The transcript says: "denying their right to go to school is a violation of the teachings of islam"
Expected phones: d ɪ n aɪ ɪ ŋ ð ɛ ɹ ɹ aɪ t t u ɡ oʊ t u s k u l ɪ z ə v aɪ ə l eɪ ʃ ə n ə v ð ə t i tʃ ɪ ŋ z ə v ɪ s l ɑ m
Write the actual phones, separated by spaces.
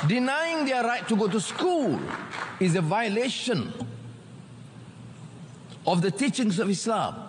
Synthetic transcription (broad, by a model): d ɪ n aɪ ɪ ŋ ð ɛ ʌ ɹ aɪ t t u ɡ oʊ t u s k u l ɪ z ə v aɪ ə l eɪ ʃ ə n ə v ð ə t i tʃ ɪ ŋ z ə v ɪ s l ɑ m